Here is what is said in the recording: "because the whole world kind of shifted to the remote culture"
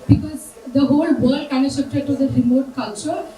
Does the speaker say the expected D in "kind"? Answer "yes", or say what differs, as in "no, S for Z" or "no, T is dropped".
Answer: no, D is dropped